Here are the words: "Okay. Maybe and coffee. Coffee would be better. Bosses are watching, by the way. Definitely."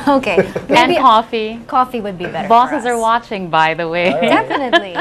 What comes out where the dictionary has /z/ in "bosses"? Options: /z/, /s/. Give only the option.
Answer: /z/